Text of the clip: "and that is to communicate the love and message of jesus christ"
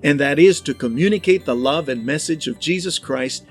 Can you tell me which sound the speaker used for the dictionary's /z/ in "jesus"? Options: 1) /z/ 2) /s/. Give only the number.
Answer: 1